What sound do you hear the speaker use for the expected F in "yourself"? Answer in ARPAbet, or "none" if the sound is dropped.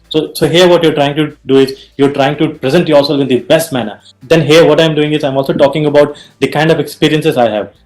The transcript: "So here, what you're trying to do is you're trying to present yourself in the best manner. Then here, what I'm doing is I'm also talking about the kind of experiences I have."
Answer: none